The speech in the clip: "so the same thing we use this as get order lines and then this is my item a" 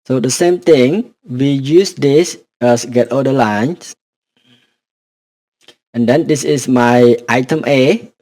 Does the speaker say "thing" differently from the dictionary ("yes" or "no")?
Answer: yes